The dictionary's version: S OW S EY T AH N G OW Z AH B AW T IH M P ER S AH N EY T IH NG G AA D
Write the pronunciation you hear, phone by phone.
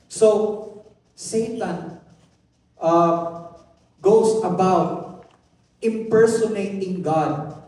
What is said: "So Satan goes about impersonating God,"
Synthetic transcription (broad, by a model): S OW S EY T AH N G OW S AH B AW T IH M P ER S AH N EY T IH NG G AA D